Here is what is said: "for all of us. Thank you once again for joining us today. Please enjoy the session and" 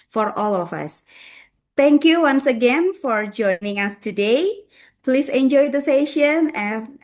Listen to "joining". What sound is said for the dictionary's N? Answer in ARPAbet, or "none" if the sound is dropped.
N